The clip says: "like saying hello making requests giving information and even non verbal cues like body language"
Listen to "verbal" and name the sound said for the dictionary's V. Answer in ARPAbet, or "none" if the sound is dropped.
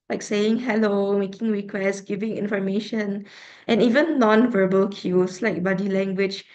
V